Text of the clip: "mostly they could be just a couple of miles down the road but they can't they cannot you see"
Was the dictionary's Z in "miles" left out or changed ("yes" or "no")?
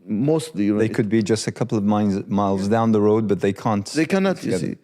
no